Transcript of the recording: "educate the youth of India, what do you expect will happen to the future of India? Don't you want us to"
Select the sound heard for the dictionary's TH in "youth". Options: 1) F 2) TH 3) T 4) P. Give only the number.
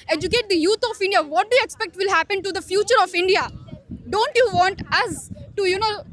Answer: 3